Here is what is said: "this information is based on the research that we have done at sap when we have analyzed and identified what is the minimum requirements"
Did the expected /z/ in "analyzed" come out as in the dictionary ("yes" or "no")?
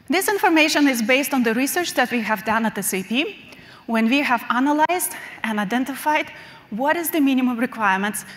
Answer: yes